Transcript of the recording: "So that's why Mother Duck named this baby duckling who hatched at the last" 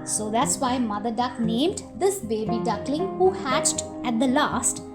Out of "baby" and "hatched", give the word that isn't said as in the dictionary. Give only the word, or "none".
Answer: none